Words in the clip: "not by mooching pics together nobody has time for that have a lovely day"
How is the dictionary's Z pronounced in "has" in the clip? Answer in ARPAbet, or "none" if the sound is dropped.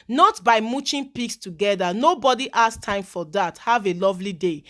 S